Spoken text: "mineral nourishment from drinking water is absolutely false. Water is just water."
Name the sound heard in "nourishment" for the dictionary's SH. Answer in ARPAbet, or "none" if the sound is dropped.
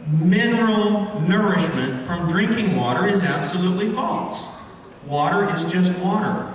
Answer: SH